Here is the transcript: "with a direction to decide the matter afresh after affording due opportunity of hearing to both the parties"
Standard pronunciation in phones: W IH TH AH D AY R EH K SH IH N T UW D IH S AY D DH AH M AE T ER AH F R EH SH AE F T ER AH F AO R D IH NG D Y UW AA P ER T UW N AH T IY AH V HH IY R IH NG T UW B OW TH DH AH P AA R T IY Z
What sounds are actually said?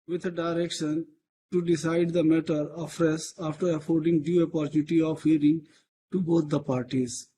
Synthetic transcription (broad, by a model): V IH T AH D AY R EH K SH IH N T UW D IH S AY D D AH M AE T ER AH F R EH S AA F T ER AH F AO R D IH NG D Y UW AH P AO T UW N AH T IY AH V HH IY R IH NG T UW B OW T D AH P AA R T IY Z